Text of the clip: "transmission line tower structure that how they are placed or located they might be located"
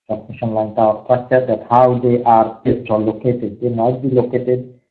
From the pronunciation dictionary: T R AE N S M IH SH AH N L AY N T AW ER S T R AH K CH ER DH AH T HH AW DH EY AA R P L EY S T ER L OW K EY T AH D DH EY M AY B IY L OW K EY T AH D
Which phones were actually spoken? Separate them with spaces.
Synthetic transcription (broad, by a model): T R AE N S M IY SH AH N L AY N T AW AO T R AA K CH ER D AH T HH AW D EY AA R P EY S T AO L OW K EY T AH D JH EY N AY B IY L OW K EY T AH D